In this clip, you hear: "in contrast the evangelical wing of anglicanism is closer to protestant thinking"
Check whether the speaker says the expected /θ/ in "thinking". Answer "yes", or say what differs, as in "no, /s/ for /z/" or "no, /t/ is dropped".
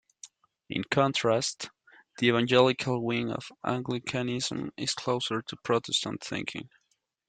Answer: yes